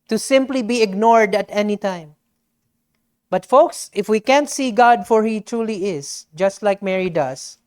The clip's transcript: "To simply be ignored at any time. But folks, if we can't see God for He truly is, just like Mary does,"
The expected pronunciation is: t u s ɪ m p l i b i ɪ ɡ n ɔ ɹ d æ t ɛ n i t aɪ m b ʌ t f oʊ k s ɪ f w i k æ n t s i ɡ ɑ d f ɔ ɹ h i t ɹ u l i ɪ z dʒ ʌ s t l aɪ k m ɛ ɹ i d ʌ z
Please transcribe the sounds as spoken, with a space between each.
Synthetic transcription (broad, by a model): t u s ɪ m p l i b i ɪ ɡ n ɔ ɹ d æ t ɛ n i t aɪ m b ʌ t f oʊ k s ɪ f w i k æ n t s i ɡ ɑ d f ɔ ɹ h i t ɹ u l i ɪ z dʒ ʌ s t l aɪ k m ɛ ɹ i d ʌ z